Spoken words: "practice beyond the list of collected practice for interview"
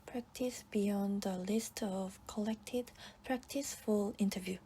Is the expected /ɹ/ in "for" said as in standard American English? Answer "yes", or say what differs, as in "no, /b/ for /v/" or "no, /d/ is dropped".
no, /l/ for /ɹ/